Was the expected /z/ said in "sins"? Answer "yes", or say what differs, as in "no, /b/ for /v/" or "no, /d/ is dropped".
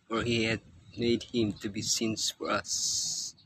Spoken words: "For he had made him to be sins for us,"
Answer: no, /s/ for /z/